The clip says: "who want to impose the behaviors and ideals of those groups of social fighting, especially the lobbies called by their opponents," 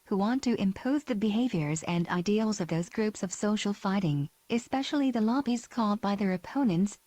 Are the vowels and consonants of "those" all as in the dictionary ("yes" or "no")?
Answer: yes